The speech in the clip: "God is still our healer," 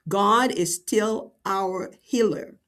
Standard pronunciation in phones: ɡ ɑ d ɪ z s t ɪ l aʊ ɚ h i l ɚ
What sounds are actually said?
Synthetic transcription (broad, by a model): ɡ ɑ d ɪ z s t ɪ l aʊ ɚ h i l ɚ